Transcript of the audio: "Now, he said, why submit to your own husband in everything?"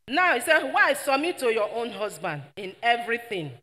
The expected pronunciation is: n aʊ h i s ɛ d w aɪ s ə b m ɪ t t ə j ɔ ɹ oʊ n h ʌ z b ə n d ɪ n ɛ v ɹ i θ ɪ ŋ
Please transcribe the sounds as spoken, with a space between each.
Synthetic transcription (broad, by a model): n aʊ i s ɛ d w aɪ s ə m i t t ə j ɔ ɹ oʊ n h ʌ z b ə n d ɪ n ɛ v ɹ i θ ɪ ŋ